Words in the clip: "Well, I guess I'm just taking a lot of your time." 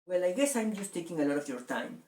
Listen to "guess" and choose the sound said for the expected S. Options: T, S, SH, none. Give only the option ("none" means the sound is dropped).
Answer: S